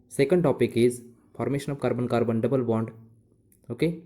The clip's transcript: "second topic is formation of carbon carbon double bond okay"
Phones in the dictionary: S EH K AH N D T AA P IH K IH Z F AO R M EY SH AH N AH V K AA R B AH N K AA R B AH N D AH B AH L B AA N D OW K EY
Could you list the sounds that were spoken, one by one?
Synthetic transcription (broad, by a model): S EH K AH N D T AA P IH K IH Z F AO R M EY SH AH N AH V K AA R B AH N K AA R B AH N D AH B AH L B AA N D OW K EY